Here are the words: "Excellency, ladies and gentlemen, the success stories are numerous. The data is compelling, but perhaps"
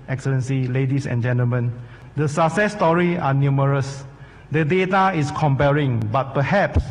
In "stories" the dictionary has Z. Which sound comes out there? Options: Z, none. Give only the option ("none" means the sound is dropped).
none